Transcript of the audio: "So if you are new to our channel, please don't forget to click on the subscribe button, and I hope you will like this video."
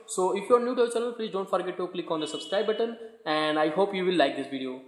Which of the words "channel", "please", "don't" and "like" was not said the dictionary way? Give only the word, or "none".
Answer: channel